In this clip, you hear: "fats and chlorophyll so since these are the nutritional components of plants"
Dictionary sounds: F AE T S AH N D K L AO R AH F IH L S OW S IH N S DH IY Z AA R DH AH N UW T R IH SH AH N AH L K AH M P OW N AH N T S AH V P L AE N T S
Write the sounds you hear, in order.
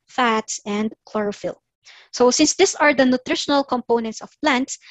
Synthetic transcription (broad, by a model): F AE T S AH N D K L AO R AH F IH L S OW S IH N S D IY S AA R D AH N UW T R IH SH AH N AH L K AH M P OW N AH N T S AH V P L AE N T S